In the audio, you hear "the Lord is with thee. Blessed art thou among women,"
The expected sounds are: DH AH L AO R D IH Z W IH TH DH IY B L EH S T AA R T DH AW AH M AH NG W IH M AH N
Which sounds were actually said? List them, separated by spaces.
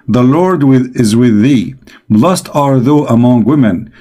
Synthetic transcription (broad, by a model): DH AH L AO R D IH Z W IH DH IY B L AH S T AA R DH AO AH M AH NG W IH M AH N